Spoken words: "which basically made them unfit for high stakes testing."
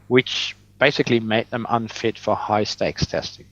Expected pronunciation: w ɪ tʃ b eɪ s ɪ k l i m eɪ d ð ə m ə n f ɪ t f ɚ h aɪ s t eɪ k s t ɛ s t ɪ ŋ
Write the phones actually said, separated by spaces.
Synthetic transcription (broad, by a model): w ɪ tʃ b eɪ s ɪ k l i m eɪ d ð ə m ə n f ɪ t f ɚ h aɪ s t eɪ k s t ɛ s t ɪ ŋ